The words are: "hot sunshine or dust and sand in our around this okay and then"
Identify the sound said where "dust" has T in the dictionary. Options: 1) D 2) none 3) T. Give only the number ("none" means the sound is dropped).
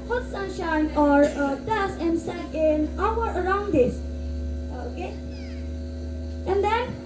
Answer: 2